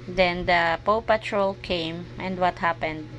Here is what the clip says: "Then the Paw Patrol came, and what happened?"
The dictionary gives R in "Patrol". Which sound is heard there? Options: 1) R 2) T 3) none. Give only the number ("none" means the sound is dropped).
1